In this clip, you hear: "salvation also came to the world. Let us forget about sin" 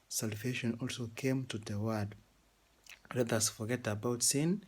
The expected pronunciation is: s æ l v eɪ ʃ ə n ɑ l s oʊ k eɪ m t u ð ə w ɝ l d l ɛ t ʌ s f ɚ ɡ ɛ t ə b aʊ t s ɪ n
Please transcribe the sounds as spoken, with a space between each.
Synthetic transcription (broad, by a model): s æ l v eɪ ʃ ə n ɑ l s oʊ k eɪ m t u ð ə w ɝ d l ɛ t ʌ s f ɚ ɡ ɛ t ə b aʊ t s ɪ n